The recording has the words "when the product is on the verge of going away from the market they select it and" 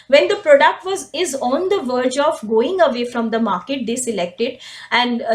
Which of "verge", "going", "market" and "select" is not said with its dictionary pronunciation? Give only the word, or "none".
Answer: none